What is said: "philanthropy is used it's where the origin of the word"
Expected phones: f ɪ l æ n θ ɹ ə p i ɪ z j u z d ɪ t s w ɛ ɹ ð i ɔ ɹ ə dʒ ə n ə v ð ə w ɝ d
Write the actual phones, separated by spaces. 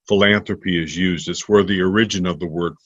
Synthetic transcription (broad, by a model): f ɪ l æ n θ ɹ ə p i ɪ z j u z d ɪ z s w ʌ ɹ ð i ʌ ɹ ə dʒ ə n ə v ð ə w ɝ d